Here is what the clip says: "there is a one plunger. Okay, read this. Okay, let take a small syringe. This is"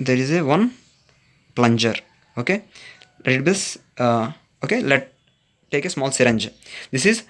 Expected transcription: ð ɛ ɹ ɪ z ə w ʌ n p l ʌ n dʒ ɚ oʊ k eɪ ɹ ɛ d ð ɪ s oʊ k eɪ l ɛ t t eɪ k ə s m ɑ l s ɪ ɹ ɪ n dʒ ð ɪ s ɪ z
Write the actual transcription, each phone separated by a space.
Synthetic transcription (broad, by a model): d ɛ ɹ ɪ z ə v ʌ n p l ʌ n dʒ ɚ oʊ k eɪ l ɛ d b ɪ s oʊ k eɪ l ɛ t t eɪ k ə s m ɑ l s ɪ ɹ ɪ n dʒ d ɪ s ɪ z